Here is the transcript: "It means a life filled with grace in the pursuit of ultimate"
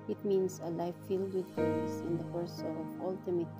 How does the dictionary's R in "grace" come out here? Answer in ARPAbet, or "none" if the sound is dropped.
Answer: none